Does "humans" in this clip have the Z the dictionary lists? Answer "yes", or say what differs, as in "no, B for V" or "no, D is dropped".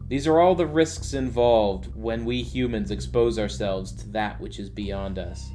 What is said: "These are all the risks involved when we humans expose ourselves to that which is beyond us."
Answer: yes